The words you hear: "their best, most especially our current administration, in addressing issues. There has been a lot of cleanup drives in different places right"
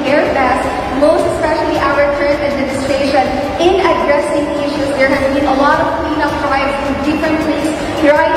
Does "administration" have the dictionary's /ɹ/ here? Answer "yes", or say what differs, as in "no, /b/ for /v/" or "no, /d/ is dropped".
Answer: no, /ɹ/ is dropped